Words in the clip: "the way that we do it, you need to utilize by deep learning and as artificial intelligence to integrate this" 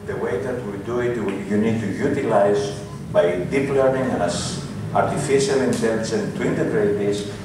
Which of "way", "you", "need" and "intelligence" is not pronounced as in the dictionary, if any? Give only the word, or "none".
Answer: intelligence